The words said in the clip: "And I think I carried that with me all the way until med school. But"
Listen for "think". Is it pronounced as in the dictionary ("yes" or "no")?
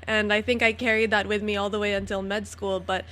yes